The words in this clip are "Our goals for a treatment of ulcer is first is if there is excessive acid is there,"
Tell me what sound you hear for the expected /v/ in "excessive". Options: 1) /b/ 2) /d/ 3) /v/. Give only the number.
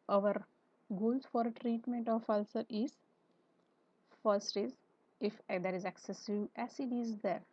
1